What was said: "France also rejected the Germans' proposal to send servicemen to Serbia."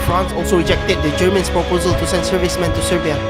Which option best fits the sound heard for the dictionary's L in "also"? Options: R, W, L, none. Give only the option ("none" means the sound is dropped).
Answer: L